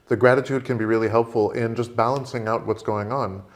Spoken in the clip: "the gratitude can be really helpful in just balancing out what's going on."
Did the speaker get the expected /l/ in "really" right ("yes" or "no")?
yes